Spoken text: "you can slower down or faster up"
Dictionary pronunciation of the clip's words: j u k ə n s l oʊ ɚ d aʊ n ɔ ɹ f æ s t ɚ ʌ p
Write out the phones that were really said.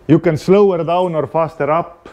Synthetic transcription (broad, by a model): j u k ə n s l oʊ ɚ d aʊ n ɔ ɹ f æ s t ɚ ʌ p